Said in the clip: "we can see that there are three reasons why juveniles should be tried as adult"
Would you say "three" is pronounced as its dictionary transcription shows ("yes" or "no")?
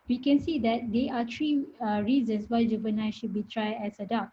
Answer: no